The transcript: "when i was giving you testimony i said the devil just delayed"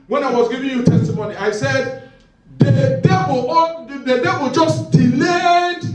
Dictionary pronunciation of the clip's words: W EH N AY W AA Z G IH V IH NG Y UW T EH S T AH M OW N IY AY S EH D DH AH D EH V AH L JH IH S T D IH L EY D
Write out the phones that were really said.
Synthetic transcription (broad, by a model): W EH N AY W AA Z G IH V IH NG Y UW T EH S T AH M OW N IY AY S EH D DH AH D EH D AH W JH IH S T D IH L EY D